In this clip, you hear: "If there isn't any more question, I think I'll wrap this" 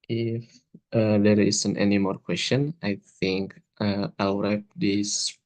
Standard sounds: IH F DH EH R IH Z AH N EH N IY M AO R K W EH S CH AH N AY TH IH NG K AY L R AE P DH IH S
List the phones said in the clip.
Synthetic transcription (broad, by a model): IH F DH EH R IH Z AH N EH N IY M AO R K W EH S CH AH N AY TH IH NG K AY W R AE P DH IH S